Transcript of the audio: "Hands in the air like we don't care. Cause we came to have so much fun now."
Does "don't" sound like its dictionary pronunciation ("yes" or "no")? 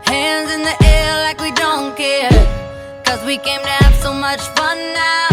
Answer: yes